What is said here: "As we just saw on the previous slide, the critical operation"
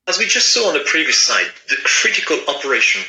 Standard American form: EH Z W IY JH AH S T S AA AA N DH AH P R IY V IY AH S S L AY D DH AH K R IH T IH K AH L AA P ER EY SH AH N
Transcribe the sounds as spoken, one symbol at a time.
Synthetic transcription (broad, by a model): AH Z W IY JH AH S T S AA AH N DH AH P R IY V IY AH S S AY D DH AH K R IH T IH K AH L AA P ER EY SH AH N